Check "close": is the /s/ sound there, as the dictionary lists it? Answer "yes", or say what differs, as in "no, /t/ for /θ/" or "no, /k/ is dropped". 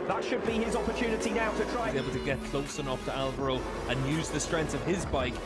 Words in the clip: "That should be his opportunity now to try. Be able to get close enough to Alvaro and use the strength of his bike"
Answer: yes